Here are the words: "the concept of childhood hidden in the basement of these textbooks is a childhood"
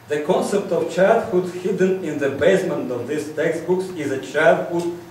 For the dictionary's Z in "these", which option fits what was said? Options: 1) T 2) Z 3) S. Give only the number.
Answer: 3